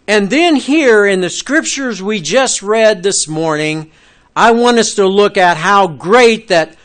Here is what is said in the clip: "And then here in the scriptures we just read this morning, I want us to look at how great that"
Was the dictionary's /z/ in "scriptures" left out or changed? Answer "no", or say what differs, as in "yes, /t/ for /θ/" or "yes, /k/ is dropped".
no